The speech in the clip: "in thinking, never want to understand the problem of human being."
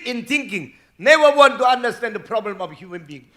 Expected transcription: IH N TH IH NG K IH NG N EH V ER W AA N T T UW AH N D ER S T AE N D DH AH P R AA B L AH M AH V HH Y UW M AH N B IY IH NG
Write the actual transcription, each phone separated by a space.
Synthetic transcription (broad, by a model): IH N T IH NG K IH NG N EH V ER W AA N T T UW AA N D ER S T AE N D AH P R AA B L AH M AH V HH Y UW M AH N B IY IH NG